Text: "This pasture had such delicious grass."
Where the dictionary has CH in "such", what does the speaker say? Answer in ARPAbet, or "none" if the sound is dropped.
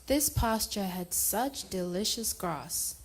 CH